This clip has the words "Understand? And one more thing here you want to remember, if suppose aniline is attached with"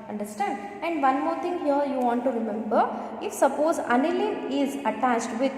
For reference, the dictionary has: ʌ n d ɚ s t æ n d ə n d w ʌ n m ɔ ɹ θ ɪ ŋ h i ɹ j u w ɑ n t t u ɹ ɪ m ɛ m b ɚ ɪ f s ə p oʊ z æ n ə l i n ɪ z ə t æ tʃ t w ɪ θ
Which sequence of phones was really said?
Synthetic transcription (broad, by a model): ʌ n d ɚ s t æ n d ə n d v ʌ n m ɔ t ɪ ŋ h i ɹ j u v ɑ n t t u ɹ ɪ m ɛ m b ɚ ɪ f s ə p oʊ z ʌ n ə l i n ɪ z ə t æ tʃ t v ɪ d